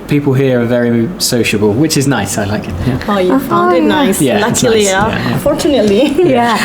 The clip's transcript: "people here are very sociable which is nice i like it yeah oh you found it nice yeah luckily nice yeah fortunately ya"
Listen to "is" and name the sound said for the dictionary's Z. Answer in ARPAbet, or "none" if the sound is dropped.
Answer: Z